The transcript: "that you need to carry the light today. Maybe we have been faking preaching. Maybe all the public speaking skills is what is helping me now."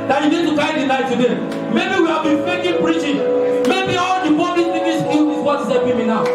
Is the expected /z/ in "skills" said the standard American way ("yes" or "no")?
no